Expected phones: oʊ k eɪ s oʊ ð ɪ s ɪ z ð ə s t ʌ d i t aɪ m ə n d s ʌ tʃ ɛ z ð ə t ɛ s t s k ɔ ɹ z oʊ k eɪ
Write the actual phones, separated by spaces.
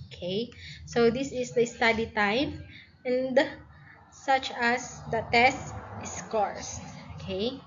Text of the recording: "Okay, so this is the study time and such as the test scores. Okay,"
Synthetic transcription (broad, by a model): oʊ k eɪ s oʊ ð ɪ s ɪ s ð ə s t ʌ d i t aɪ m ə n d s ʌ tʃ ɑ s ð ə t ɛ s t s k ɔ ɹ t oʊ k eɪ